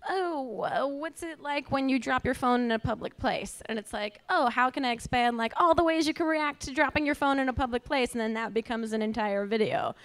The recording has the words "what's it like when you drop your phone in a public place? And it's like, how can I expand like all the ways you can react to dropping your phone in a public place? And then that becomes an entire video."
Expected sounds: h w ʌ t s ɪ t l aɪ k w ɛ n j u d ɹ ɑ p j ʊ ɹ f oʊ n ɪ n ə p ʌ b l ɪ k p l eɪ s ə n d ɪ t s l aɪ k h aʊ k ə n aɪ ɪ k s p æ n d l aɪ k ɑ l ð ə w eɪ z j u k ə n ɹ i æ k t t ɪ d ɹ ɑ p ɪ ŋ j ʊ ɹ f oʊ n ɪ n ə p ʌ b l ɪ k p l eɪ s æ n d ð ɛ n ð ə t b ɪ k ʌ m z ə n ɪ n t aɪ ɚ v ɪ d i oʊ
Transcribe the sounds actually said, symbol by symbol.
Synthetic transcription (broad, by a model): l w ʌ t s ɪ t l aɪ k w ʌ n j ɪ d ɹ ɑ p j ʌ ɹ f oʊ n ɪ n ə p ʌ b l ɪ k p l eɪ s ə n ɪ t s l aɪ k h aʊ k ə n aɪ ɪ k s p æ n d l aɪ k ɑ l ð ə w eɪ z j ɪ k ə n ɹ i æ k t t ɪ d ɹ ɑ p ɪ ŋ j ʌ ɹ f oʊ n ɪ n ə p ʌ b l ɪ k p l eɪ s n ð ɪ n ð ə t b ɪ k ʌ m z ə n ɪ n t aɪ ɚ v ɪ d i oʊ